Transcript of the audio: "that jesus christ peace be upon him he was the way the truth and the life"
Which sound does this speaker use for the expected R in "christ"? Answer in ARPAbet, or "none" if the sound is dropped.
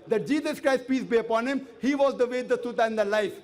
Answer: R